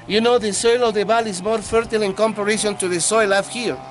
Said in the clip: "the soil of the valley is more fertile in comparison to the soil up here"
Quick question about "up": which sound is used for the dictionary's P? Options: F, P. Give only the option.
F